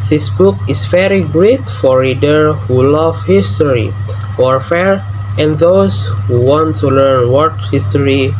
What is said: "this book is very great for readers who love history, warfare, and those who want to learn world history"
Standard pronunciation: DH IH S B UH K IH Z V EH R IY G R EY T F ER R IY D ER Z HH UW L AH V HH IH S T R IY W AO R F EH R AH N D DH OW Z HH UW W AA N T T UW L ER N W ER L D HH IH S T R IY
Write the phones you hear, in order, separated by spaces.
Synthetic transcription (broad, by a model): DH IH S B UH K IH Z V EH R IY G R EY T F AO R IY D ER HH UW L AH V HH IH S T R IY W AO R F EH R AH N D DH OW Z HH UW W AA N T T UW L ER N W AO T HH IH S T R IY